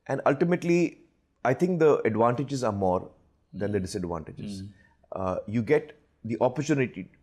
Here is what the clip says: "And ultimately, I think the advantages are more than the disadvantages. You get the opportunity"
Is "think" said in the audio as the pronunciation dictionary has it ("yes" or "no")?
no